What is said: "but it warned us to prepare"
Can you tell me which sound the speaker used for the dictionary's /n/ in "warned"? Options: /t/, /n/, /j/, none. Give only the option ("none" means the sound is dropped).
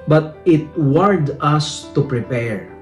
none